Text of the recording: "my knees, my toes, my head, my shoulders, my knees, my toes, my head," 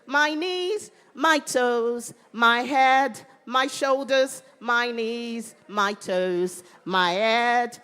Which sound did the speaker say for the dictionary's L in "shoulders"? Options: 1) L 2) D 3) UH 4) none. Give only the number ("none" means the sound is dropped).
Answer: 1